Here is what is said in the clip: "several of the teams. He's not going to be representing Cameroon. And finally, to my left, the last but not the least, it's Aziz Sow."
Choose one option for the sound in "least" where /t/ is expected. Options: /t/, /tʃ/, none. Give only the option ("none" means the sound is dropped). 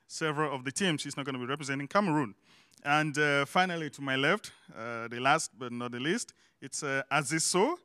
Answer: /t/